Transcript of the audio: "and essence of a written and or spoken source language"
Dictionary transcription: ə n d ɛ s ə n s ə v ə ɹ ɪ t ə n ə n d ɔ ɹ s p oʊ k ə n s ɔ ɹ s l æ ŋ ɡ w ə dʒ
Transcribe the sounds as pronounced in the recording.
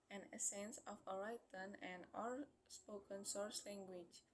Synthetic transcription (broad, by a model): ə n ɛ s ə n s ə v ə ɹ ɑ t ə n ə n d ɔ l s p oʊ k ə n s ɔ ɹ s l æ ŋ ɡ w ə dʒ